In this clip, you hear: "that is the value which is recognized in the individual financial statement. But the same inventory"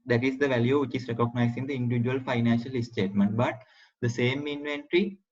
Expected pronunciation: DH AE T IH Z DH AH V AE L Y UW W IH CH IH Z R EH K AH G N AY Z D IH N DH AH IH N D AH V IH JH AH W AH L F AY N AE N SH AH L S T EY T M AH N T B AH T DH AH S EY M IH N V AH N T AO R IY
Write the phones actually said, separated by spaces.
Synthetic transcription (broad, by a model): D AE T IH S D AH V AE L Y UW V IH CH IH S R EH K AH G N AY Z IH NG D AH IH N D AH V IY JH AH AH L F AY N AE N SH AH L S T EY T M AH N T B AH T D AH S EY M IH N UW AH N T R IY